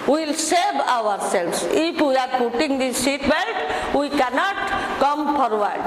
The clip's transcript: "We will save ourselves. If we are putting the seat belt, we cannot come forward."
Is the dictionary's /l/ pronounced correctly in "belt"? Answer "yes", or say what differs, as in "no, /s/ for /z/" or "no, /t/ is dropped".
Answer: no, /n/ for /l/